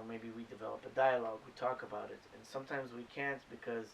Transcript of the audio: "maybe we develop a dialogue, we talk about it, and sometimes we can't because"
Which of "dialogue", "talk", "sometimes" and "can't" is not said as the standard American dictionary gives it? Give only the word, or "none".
none